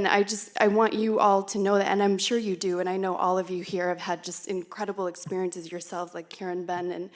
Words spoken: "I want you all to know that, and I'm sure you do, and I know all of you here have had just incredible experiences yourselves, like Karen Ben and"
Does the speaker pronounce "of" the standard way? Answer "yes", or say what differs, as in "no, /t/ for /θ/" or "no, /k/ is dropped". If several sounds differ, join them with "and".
yes